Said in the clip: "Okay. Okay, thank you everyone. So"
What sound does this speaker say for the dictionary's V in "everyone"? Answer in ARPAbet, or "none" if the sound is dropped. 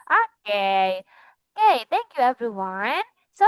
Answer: V